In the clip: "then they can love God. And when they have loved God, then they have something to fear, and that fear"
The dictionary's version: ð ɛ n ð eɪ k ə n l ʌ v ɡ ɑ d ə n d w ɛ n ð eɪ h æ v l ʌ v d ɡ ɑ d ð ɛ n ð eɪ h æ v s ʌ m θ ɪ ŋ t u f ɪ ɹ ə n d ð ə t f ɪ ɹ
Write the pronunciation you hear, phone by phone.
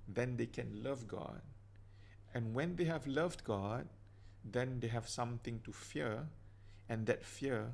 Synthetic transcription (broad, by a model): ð ɛ n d eɪ k ə n l ʌ v ɡ ɑ d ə n w ɛ n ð eɪ h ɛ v l ʌ v d ɡ ɑ d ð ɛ n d eɪ h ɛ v s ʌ m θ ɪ ŋ t u f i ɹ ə n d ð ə t f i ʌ